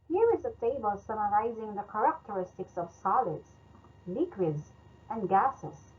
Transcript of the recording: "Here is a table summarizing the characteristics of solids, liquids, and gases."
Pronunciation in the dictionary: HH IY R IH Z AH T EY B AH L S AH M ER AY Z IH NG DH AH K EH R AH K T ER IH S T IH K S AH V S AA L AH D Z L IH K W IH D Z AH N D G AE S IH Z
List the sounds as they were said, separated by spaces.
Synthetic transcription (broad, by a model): HH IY R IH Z AH T EY B AH L S AH M ER AY Z IH NG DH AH K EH R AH K T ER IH S T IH K S AH V S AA L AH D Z L IH K W IH D Z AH N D G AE S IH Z